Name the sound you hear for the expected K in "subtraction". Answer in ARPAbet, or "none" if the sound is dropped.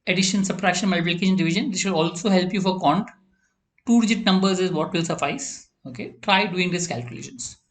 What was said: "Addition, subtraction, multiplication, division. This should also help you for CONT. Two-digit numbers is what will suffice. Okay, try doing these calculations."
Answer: none